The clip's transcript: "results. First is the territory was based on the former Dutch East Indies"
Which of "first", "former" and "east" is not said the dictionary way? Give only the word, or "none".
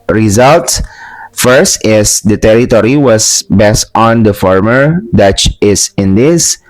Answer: east